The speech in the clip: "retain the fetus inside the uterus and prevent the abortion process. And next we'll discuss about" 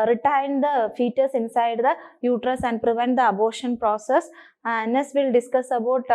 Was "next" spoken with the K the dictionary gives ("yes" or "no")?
no